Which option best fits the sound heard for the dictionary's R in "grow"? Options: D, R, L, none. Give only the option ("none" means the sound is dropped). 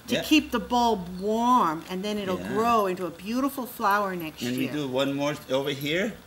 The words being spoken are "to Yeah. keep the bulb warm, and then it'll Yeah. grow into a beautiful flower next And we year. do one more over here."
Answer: R